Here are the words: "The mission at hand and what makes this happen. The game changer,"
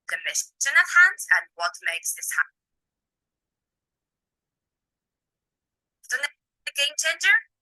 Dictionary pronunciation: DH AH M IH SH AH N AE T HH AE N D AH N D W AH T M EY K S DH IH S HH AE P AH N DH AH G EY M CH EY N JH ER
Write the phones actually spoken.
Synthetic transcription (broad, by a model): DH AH M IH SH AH N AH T HH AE N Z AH N W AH T M EY K S DH IH S HH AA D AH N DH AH G EY M CH EY N JH ER